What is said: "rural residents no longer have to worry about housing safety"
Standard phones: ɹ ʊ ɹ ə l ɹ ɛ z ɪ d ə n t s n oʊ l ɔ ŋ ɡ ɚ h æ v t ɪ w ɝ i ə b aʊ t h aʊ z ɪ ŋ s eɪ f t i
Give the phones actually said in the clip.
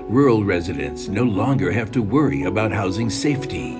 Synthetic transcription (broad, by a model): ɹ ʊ ɹ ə l ɹ ɛ z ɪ d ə n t s n oʊ l ɔ ŋ ɡ ɚ h æ v t ɪ w ɝ i ə b aʊ t h aʊ z ɪ ŋ s eɪ f t i